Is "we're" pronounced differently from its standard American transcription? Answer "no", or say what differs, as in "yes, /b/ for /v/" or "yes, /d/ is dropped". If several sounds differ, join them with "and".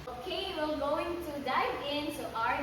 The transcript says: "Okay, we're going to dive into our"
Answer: yes, /l/ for /ɹ/